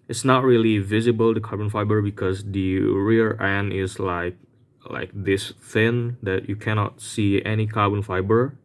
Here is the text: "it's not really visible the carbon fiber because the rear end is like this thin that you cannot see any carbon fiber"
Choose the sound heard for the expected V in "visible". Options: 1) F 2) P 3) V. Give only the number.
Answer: 3